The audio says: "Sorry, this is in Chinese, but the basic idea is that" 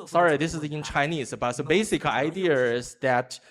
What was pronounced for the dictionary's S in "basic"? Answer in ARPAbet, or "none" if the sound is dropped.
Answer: S